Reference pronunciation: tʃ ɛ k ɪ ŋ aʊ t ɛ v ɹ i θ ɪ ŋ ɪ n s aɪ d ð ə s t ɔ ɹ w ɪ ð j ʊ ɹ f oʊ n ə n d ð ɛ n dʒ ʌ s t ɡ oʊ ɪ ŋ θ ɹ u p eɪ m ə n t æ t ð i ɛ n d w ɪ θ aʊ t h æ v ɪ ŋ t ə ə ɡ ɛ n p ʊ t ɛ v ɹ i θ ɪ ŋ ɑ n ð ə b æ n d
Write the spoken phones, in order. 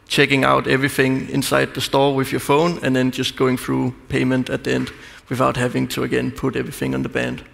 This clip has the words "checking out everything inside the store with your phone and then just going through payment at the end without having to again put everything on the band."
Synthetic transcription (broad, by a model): tʃ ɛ k ɪ ŋ aʊ t ɛ v ɹ i θ ɪ ŋ ɪ n s aɪ d ð ə s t ɔ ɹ w ɪ ð j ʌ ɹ f oʊ n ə n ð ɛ n dʒ ʌ s t ɡ oʊ ɪ ŋ θ ɹ u p eɪ m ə n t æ t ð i ɛ n d w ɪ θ aʊ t h æ v ɪ ŋ t ə ə ɡ ɛ n p ʊ t ɛ v ɹ i θ ɪ ŋ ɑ n ð ə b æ n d